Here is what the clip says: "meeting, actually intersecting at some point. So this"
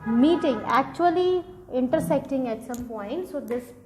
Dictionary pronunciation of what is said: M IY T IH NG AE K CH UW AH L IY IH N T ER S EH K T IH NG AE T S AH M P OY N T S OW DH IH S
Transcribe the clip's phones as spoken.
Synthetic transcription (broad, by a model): M IY T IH NG AE K CH UW AH L IY IH N T ER S EH K T IH NG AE T S AH M P OY N T S OW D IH S